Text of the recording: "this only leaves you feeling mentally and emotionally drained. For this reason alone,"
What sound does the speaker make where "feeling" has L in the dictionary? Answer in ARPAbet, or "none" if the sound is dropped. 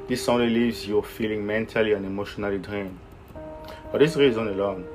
L